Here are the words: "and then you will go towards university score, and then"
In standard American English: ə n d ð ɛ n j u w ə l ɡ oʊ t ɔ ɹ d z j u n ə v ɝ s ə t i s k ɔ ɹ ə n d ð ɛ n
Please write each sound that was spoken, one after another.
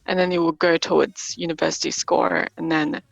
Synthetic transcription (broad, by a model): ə n ð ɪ n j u w ə l ɡ oʊ t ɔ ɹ d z j u n ə v ɝ s ə t i s k ɔ ɹ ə n ð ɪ n